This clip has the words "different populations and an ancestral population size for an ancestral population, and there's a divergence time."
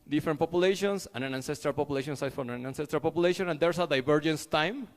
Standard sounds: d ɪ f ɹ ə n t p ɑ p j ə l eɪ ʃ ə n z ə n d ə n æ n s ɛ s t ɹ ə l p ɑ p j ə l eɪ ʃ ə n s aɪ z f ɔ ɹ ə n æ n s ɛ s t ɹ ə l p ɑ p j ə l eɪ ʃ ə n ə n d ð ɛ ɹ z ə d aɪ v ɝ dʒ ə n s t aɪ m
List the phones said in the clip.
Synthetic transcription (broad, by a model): d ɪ f ɹ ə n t p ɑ p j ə l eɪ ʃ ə n s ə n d ə n æ n s ɛ s t ɹ ə l p ɑ p j ə l eɪ ʃ ə n s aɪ f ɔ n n æ n s ɛ s t ɹ ə l p ɑ p j ə l eɪ ʃ ə n ə n d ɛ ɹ s ə d aɪ v ɝ dʒ ə n s t aɪ m